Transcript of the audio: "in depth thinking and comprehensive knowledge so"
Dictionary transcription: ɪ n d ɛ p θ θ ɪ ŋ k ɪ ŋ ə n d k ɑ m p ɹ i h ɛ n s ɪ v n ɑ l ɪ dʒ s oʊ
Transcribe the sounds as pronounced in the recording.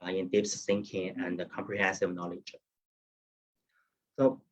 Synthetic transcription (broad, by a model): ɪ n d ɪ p s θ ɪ ŋ k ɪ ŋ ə n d k ɑ m p ɹ i h ɛ n s ɪ v n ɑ l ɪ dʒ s oʊ